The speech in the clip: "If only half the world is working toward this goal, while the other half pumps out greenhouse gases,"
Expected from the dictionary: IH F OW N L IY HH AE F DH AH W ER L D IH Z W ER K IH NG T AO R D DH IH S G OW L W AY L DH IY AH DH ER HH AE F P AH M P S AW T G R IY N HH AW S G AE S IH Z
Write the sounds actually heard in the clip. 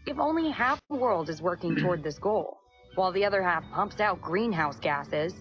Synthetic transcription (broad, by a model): IH F OW N L IY HH AE F DH AH W ER L D IH Z W ER K IH NG T AO R D DH IH S G OW L W AY L DH IY AH DH ER HH AE F P AH M P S AW T G R IY N HH AW S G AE S IH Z